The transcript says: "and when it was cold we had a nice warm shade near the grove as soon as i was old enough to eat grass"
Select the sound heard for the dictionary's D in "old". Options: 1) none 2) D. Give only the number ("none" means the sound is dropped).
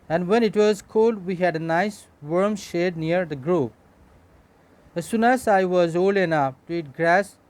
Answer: 1